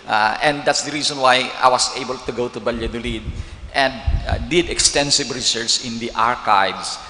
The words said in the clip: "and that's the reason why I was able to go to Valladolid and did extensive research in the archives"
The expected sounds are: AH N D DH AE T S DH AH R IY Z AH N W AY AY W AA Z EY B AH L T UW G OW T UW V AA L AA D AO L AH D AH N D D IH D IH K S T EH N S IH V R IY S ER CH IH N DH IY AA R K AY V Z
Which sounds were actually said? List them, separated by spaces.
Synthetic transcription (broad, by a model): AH N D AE T S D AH R IY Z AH N W AY AY W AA S EY B AH L T UW G OW T UW B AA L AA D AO L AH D AH N D D IH D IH K S T EH N S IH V R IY S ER S IH N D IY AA R K AY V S